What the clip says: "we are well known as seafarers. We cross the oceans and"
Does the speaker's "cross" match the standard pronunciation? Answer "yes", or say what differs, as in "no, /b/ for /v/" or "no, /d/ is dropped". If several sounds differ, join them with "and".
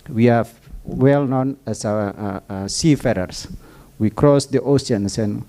yes